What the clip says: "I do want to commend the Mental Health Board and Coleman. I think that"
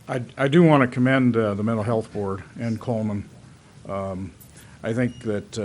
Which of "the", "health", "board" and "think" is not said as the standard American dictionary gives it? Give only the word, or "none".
none